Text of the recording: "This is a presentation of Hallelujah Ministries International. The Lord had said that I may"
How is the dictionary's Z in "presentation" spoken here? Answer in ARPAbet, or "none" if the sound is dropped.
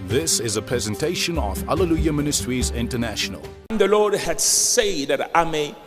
Z